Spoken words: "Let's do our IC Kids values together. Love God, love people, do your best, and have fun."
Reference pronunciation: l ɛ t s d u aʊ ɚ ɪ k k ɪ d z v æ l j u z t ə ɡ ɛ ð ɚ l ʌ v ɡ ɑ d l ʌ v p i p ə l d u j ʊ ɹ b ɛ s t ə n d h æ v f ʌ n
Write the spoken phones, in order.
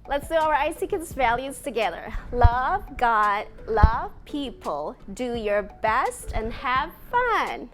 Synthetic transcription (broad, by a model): l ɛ t s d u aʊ ɚ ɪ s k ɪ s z v æ l j u z t ə ɡ ɛ ð ɚ l ʌ v ɡ ɑ d l ʌ v p i p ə l d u j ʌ ɹ b ɛ s t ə n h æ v f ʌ n